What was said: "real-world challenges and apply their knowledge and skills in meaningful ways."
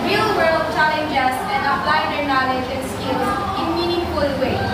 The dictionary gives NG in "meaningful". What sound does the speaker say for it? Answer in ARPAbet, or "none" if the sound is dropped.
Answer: none